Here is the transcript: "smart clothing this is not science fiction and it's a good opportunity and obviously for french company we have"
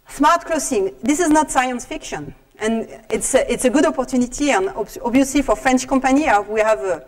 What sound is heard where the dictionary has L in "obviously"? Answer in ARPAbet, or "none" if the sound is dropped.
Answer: none